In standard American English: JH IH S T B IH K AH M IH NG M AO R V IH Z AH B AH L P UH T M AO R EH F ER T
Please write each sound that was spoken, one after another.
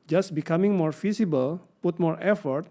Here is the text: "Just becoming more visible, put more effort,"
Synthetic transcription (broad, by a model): JH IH S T B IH K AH M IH NG M AO R F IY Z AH B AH L P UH T M AO R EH F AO T